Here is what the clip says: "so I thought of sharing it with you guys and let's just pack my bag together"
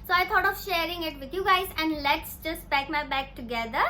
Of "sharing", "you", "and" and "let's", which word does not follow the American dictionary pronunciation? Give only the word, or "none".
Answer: none